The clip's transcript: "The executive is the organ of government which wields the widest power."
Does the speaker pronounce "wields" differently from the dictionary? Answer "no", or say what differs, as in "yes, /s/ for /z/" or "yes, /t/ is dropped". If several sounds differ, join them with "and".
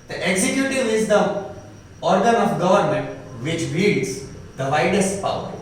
yes, /l/ is dropped